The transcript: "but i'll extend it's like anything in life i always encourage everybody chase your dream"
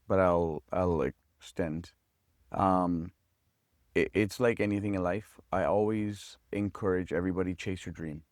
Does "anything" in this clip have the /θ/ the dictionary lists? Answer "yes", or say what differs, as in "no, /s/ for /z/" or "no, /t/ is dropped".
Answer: yes